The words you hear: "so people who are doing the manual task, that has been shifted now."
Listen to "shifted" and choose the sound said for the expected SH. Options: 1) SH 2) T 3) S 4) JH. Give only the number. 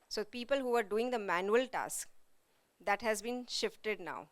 1